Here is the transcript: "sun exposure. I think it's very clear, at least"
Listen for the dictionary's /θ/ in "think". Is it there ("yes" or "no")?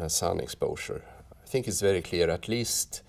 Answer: yes